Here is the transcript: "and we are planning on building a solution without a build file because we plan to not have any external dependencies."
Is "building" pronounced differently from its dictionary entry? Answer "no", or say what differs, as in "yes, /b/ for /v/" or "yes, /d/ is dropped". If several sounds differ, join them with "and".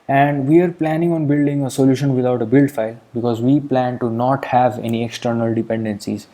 no